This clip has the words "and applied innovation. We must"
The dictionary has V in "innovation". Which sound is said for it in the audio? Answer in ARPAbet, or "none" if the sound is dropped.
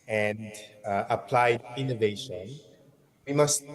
V